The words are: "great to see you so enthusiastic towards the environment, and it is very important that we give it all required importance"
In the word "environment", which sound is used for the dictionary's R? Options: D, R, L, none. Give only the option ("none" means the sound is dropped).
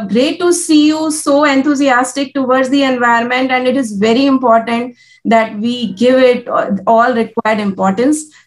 none